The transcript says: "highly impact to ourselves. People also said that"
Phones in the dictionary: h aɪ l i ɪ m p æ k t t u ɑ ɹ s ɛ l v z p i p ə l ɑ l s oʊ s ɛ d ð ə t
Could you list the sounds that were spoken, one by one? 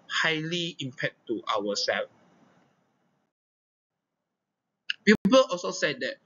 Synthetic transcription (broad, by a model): h aɪ l i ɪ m p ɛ t t u ɑ w s ɛ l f p i p ə l ɑ l s oʊ s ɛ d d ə t